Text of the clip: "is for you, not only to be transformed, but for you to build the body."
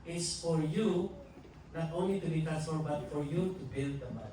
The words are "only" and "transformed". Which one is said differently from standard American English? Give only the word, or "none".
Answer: transformed